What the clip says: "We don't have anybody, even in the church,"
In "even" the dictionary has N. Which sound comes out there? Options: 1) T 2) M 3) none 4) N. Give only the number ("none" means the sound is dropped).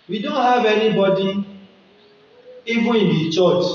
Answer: 3